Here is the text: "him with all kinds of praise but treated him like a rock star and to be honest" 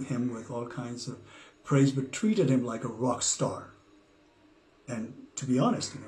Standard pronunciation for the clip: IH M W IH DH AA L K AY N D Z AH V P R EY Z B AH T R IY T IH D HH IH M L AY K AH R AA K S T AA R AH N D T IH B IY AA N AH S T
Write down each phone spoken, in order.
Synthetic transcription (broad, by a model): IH M W IH DH AA L K AY N D Z AH V P R EY Z B AH T R IY T IH D HH IH M L AY K AH R AA K S T AA R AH N T IH B IY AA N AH S T